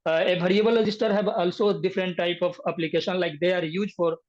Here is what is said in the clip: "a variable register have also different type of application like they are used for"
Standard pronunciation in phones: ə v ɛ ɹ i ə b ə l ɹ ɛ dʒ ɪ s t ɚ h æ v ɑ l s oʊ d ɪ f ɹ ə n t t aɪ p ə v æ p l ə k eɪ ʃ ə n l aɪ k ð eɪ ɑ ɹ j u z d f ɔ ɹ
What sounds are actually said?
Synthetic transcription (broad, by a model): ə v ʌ ɹ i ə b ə l ɹ ɛ dʒ ɪ s t ɚ h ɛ b ɑ l s oʊ d ɪ f ɹ ə n t t aɪ p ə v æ p l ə k eɪ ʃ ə n l aɪ k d eɪ ɑ ɹ j u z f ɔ ɹ